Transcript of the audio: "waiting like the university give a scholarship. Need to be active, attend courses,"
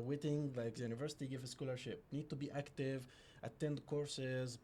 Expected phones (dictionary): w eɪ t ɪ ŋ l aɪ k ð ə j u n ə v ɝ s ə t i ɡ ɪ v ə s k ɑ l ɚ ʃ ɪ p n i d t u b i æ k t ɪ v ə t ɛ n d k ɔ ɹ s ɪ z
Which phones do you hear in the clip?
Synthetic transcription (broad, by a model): w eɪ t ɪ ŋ l aɪ k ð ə j u n ə v ɝ s ə t i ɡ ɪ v ə s k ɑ l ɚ ʃ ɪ p n i d t u b i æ k t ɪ v ə t ɛ n d k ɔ ɹ s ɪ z